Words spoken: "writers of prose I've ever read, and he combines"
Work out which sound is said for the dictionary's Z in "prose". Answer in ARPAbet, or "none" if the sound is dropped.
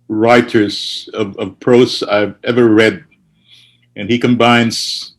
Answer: S